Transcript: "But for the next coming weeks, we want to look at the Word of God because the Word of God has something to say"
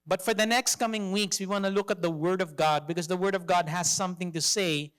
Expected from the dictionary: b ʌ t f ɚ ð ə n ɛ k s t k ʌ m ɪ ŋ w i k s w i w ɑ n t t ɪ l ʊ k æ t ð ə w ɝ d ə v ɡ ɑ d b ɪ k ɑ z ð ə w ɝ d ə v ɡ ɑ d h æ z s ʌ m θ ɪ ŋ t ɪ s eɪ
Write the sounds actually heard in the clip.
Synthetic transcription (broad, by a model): b ʌ t f ɚ ð ə n ɛ k s t k ʌ m ɪ ŋ w i k s w i w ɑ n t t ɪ l ʊ k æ t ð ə w ɝ d ə v ɡ ɑ d b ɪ k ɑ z ð ə w ɝ d ə v ɡ ɑ d h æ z s ʌ m θ ɪ ŋ t ɪ s eɪ